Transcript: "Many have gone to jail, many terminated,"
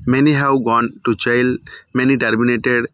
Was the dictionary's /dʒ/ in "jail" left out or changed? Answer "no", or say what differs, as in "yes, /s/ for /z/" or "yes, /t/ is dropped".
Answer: yes, /tʃ/ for /dʒ/